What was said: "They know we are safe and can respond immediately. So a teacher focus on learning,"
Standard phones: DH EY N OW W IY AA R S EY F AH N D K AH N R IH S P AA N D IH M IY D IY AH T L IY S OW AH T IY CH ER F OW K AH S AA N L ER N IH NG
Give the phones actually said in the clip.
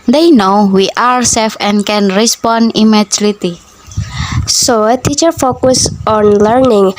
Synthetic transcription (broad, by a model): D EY N OW W IY AA R S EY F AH N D K AH N R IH S P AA N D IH M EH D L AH T IY S OW AH T IY CH ER F OW K AH S AA N L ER N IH NG